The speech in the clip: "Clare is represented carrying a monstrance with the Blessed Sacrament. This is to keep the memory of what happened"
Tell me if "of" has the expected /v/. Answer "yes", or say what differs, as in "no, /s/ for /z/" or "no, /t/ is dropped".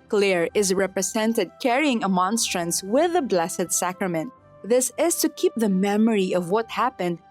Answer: yes